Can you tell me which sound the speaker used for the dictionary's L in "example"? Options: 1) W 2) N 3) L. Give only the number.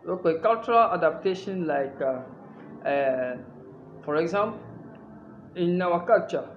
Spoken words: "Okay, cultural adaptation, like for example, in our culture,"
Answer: 2